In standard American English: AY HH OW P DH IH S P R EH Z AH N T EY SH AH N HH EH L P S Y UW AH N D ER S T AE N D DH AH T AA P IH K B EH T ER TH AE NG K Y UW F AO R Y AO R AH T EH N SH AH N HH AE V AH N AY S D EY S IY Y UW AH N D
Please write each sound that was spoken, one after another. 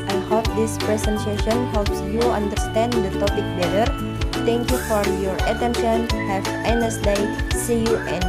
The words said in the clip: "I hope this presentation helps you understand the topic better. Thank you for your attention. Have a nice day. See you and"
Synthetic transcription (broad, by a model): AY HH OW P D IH S P R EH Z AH N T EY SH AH N HH EH L P S Y UW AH N D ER S T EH N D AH T AA P IH K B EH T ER T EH NG K Y UW F AO R Y AO R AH T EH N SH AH N HH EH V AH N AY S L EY S IY Y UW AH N